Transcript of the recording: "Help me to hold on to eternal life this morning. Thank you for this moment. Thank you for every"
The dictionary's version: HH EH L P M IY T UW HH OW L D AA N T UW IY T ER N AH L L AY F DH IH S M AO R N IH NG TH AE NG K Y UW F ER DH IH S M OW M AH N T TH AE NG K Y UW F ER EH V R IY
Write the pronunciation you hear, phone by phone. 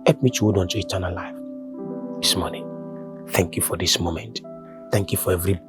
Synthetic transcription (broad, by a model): HH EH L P M IY T UW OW D AA N T UW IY T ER N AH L L AY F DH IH S M AO N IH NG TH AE NG K Y UW F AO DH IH S M OW M AH N T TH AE NG K Y UW F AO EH V R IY